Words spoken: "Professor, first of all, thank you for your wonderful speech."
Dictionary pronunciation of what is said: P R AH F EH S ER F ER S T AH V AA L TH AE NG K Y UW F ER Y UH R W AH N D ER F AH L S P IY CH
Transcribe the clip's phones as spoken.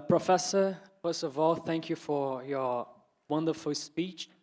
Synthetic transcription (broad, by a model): P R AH F EH S ER F ER S T AH V AA L TH AE NG K Y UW F ER Y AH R W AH N D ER F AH L S P IY CH